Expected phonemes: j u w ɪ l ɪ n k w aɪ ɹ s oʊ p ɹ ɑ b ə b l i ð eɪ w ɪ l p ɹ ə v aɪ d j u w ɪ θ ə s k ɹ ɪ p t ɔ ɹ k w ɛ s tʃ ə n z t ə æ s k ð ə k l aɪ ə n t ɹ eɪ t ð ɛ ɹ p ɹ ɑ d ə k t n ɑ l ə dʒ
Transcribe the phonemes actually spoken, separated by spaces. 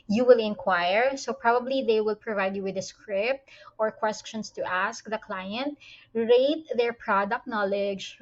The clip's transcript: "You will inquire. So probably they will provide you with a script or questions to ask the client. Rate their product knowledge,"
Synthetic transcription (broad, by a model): j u w ɪ l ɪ n k w aɪ ɹ s oʊ p ɹ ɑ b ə b l i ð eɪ w ɪ l p ɹ ə v aɪ d j u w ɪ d ə s k ɹ ɪ p t ɔ ɹ k w ɛ s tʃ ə n s t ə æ s k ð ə k l aɪ ə n t ɹ eɪ t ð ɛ ɹ p ɹ ɑ d ə k t n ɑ l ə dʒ